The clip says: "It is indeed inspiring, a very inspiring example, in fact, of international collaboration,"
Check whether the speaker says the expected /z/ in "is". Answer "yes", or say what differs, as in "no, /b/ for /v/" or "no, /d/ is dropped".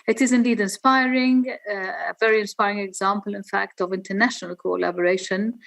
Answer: yes